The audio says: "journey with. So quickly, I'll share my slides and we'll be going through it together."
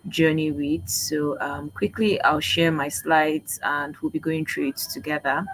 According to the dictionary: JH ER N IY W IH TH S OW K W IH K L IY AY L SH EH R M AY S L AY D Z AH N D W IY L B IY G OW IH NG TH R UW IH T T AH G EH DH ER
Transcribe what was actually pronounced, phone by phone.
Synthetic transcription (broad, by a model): JH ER N IY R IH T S OW K W IH K L IY AY L SH EH R M AY S L AY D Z AH N D W IY L B IY G OW IH NG T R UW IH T T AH G EH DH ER